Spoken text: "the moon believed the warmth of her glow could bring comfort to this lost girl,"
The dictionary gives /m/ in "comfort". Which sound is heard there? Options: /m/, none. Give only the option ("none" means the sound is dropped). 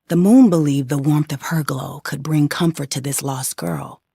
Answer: /m/